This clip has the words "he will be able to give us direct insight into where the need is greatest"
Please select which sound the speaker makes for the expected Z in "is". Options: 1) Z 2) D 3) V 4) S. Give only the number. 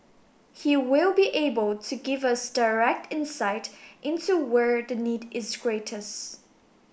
1